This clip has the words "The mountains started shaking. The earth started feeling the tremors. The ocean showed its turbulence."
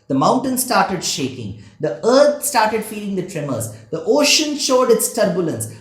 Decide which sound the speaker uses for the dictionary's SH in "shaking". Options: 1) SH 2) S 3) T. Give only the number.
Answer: 1